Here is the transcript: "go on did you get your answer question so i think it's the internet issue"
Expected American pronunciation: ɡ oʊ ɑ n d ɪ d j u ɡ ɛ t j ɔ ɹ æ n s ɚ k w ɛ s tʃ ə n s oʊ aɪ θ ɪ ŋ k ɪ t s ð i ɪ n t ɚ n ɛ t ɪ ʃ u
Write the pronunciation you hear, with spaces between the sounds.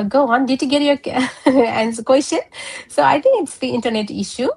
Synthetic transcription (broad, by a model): ɡ oʊ ɑ n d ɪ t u ɡ ɛ t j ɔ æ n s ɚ k w ɛ s tʃ ə n s oʊ aɪ t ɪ ŋ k ɪ t s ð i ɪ n t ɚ n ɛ t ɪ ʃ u